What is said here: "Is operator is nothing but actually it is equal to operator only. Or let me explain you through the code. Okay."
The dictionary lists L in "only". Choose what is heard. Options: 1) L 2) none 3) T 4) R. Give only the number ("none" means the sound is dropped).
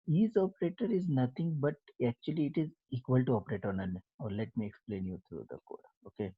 2